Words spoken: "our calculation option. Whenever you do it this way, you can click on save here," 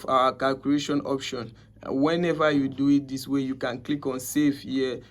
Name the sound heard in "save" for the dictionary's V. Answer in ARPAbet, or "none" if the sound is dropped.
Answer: F